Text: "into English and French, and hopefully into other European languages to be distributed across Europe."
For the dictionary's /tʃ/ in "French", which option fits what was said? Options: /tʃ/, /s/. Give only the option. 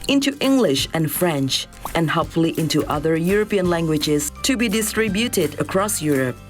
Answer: /tʃ/